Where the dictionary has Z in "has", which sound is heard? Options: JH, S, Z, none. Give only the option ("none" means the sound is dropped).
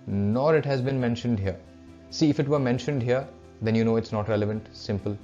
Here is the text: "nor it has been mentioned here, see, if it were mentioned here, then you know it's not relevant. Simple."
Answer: Z